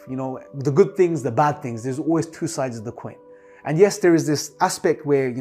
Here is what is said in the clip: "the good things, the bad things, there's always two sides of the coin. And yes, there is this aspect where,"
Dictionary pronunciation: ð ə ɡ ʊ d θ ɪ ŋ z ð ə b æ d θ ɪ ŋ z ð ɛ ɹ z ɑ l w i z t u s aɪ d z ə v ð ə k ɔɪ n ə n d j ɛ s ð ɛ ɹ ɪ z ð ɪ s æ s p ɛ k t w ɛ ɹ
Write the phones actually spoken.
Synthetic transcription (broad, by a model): ð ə ɡ ʊ d θ ɪ ŋ z ð ə b æ d θ ɪ ŋ z ð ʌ ɹ z ɑ l w i z t u s aɪ d z ə v ð ə k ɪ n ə n j ɛ s ð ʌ ɹ ɪ z ð ɪ s æ s p ɛ k t w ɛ ɹ